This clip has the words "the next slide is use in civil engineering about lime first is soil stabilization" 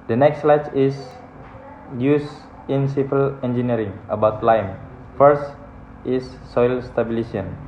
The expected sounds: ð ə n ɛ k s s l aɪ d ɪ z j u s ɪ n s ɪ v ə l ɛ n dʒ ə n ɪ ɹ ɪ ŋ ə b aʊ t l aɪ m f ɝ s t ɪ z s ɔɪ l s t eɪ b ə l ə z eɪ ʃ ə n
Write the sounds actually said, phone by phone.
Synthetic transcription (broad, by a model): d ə n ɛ k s s l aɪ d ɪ s j u s ɪ n s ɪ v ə l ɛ n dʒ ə n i ɹ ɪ ŋ ə b aʊ t l aɪ m f ɝ s t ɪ s ɔɪ l s t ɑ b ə l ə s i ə n